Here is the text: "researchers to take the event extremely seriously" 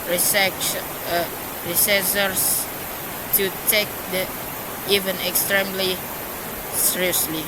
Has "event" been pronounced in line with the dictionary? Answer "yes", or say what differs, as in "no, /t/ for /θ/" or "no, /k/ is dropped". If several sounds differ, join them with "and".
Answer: no, /t/ is dropped